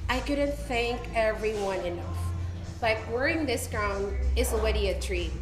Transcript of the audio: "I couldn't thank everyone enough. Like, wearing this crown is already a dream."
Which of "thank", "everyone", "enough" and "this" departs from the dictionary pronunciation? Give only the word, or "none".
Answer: none